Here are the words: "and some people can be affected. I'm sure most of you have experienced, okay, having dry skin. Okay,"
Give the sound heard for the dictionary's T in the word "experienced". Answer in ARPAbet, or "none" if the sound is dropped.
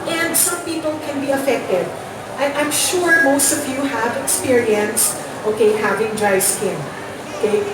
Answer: T